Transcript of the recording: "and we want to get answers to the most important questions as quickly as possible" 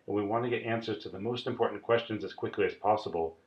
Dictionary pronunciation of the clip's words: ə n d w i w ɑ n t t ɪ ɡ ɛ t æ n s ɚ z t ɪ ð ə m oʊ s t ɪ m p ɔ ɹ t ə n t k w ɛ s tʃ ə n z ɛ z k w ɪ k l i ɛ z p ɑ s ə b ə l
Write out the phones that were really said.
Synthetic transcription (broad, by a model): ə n w i w ɑ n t t ɪ ɡ ɛ t æ n s ɚ z t ɪ ð ə m oʊ s t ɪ m p ɔ ɹ t n k w ɛ s tʃ ə n z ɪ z k w ɪ k l i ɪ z p ɑ s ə b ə l